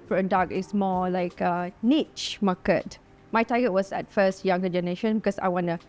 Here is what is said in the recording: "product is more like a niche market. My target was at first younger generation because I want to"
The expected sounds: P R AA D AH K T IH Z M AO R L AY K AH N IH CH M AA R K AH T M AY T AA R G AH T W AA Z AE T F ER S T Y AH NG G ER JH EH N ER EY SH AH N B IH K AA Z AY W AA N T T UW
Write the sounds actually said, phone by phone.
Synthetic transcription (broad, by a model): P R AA D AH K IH S M AO L AY K AH N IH CH M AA K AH T M AY T AA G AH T W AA S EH T F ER S T Y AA NG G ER JH EH N ER EY SH AH N B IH K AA S AY W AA N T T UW